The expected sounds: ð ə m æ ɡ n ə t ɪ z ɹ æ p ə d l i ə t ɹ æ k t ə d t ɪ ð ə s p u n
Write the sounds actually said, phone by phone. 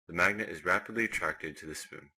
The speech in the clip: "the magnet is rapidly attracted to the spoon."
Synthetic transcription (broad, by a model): ð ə m æ ɡ n ə t ɪ z ɹ æ p ə d l i ə t ɹ æ k t ə d t ɪ ð ə s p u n